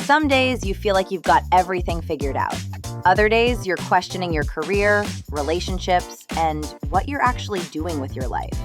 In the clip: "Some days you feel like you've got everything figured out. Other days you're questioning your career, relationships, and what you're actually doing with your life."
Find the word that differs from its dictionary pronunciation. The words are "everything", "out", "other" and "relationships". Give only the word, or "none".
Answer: none